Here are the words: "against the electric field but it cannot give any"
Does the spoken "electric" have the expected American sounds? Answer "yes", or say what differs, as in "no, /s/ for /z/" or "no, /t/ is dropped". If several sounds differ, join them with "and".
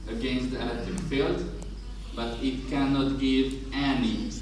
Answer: no, /k/ is dropped and /ɹ/ is dropped